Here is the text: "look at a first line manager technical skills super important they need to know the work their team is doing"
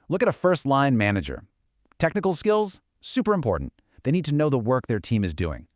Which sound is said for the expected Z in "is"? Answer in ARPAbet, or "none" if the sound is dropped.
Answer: Z